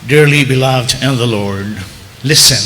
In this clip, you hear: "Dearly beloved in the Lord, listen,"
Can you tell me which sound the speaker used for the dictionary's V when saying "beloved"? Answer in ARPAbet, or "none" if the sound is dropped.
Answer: V